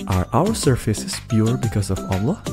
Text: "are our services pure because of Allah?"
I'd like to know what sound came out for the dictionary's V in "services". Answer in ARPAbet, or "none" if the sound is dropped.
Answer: F